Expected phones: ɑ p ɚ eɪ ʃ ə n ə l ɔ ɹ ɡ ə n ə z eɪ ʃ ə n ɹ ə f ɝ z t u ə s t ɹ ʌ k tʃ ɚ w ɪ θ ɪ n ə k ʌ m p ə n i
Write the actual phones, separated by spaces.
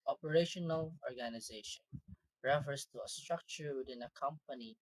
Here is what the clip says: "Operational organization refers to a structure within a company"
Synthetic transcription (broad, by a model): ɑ p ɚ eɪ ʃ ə n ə l ɔ ɹ ɡ ə n ə z eɪ ʃ ə n ɹ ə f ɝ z t u ə s t ɹ ʌ k tʃ ɚ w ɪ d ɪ n ə k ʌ m p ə n i